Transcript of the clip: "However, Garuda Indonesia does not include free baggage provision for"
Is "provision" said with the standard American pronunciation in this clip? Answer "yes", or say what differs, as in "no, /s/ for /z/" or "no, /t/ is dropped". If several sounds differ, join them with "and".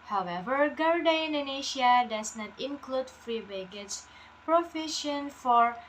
no, /f/ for /v/ and /ʃ/ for /ʒ/